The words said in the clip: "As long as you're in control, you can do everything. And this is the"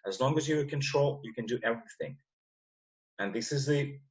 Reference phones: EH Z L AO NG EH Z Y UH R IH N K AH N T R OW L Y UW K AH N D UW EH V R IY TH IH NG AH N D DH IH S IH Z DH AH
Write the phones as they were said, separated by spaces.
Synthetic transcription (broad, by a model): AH Z L AO NG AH Z Y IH K AH N T R OW L Y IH K AH N D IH EH V R IY TH IH NG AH N DH IH S IH Z DH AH